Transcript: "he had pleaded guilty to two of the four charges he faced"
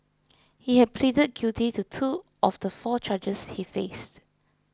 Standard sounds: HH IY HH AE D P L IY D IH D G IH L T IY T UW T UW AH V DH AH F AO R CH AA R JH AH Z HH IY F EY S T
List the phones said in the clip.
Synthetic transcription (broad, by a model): HH IY HH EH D P L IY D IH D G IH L T IY T UW T UW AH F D AH F AO CH AA JH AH S HH IY F EY S T